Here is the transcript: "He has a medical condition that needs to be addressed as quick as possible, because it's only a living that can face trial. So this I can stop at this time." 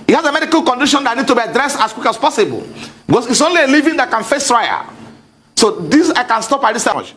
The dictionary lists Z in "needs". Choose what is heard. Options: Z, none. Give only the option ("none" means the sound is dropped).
none